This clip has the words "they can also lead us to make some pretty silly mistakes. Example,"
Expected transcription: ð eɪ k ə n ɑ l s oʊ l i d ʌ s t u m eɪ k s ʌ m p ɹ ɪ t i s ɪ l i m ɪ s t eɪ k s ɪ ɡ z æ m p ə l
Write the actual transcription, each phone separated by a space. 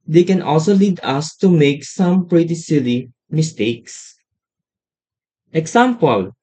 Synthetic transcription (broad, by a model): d eɪ k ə n ɑ l s oʊ l i d ʌ s t u m eɪ k s ʌ m p ɹ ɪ t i s ɪ l i m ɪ s t eɪ k s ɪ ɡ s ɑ m p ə l